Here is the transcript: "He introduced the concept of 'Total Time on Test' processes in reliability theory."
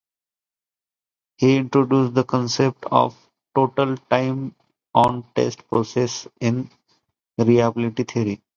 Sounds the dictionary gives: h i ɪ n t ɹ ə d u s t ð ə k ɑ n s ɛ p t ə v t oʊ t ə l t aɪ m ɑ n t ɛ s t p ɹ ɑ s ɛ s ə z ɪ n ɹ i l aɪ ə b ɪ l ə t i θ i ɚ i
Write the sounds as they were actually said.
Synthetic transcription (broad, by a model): h i ɪ n t ɹ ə d u s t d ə k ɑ n s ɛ p t ə v t oʊ t ə l t aɪ m ɑ n t ɛ s t p ɹ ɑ s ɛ s ɪ n ɹ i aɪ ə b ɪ l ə t i t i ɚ i